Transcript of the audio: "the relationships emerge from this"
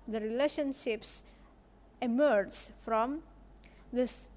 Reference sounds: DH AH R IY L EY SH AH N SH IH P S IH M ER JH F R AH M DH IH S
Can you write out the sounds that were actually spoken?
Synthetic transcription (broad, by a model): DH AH R IY L EY SH AH N SH IH P S IH M ER JH F R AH M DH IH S